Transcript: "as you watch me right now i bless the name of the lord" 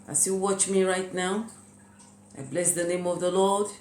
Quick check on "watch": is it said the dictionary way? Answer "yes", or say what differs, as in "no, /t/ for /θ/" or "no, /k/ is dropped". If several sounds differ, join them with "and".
yes